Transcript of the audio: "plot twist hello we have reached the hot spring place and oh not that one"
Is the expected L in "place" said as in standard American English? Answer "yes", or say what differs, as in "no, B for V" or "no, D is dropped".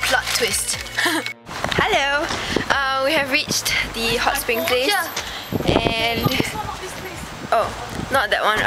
yes